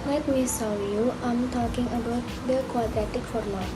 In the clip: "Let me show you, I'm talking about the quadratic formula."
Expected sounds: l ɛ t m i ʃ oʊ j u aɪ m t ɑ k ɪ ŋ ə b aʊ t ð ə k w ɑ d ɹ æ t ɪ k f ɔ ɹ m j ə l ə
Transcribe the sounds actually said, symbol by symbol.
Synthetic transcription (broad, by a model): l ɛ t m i s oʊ j u aɪ m t ɑ k ɪ ŋ ə b aʊ t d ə k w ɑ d ɹ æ t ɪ k f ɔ ɹ m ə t